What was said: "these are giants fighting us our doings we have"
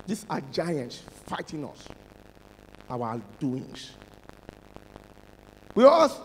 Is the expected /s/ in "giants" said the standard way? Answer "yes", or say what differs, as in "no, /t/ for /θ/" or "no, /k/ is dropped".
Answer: yes